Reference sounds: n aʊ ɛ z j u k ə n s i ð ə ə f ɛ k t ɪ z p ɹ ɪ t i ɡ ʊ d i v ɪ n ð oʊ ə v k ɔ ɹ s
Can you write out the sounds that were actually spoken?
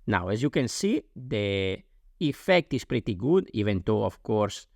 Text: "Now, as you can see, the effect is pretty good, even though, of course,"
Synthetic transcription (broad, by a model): n aʊ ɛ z j u k ə n s i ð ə ə f ɛ k t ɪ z p ɹ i t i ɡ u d i v ɪ n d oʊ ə f k ɔ ɹ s